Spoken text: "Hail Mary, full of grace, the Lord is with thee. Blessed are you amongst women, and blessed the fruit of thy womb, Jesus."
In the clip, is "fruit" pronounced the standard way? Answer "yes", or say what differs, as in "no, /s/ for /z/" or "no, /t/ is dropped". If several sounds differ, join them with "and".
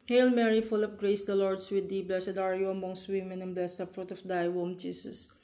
yes